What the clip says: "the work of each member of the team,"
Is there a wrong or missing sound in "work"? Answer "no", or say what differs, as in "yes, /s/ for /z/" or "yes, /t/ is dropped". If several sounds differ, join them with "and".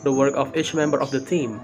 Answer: no